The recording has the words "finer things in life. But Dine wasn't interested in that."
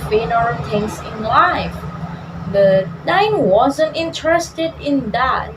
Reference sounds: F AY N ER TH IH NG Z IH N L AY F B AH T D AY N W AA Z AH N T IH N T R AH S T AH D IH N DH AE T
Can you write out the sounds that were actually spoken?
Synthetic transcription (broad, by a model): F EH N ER T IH NG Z IH N L AY F B AH T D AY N W AA Z AH N T IH N T R AH S T AH D IH N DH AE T